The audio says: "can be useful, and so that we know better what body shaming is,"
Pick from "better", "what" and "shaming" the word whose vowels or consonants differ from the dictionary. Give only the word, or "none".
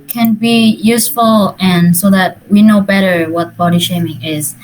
none